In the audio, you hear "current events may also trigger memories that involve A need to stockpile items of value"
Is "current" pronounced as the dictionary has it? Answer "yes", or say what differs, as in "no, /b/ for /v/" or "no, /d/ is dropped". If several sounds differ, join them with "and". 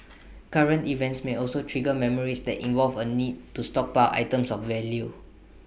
yes